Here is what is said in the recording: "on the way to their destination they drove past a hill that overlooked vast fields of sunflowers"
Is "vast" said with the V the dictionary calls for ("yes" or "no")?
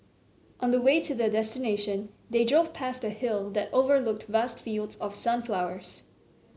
yes